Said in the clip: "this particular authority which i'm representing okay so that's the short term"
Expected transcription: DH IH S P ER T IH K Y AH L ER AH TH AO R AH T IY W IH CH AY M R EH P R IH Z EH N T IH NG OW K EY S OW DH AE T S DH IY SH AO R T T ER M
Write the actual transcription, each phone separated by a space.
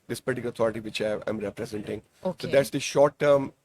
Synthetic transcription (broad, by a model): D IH S P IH T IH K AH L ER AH T AO R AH T IY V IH CH AY M R EH P R IH Z EH N T IH NG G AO S OW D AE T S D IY SH AO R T T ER M